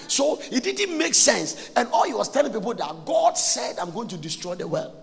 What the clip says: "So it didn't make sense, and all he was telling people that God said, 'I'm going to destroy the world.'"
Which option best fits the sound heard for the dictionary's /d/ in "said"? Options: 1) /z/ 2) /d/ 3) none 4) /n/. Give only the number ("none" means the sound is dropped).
2